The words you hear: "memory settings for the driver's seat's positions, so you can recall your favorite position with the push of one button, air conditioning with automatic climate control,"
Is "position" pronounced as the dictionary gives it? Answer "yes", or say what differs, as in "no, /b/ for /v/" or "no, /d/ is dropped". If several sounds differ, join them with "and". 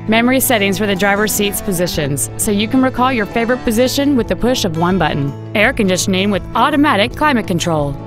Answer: yes